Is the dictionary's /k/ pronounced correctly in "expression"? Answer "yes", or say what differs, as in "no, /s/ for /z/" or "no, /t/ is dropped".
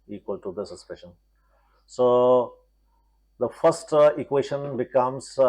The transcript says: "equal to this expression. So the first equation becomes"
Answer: no, /k/ is dropped